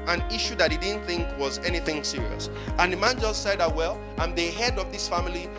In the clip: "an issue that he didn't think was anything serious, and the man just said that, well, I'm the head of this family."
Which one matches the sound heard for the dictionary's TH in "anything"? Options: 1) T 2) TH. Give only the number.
2